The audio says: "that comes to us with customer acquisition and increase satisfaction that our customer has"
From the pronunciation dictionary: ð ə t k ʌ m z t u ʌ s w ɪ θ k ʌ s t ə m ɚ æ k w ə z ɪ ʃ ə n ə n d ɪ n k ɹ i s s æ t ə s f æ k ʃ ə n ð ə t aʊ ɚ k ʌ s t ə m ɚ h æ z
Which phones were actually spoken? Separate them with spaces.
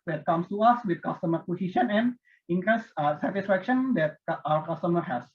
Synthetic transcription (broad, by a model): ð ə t k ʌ m s t u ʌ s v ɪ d k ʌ s t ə m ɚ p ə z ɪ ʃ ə n ə n d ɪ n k ɹ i s s æ t ə s f æ k ʃ ə n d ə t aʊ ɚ k ʌ s t ə m ɚ h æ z